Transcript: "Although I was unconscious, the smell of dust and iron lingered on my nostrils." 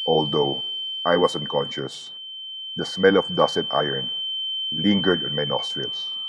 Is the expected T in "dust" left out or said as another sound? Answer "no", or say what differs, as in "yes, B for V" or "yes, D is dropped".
yes, T is dropped